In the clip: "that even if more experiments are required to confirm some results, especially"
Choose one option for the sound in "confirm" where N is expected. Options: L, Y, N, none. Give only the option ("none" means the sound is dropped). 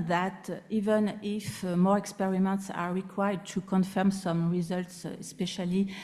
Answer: N